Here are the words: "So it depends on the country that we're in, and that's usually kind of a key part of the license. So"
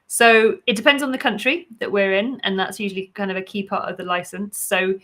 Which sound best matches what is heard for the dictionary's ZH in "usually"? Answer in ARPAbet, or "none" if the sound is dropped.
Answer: ZH